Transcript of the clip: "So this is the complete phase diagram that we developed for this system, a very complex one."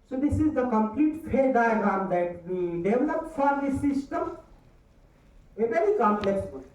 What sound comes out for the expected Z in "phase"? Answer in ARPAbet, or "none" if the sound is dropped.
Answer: none